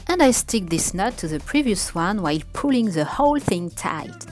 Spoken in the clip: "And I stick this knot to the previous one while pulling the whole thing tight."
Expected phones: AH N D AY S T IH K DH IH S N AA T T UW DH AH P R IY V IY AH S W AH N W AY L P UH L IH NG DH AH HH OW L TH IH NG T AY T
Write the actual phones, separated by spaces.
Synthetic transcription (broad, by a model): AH N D AY S T IH K DH IH S N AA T T UW DH AH P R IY V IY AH S W AH N W AY L P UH L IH NG DH AH HH OW L TH IH NG T AY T